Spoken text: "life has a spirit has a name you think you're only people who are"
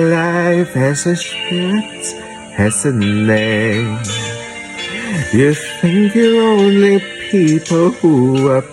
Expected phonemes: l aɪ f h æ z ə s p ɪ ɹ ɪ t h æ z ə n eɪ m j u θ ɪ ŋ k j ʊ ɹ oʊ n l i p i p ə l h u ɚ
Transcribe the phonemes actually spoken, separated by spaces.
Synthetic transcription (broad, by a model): l aɪ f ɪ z ə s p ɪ ɹ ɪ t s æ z ə n eɪ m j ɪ θ ɪ ŋ k j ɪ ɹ oʊ n l i p i p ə l h u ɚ